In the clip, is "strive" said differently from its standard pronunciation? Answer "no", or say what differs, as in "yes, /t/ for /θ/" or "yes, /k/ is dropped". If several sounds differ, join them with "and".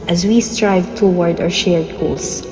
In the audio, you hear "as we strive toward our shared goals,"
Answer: no